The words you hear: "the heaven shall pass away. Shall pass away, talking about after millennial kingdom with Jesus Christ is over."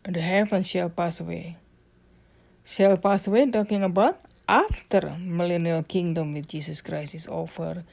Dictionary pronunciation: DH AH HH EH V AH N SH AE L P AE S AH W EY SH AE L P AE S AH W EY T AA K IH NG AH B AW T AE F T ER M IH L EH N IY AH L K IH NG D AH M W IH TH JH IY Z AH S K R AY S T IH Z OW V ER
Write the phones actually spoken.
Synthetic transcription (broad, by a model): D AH HH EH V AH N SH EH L P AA S W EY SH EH L P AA S W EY T AA K IH NG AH B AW T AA F T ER M IH L EH N IY AH L K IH NG D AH M W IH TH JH IY S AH S K R AY S IH S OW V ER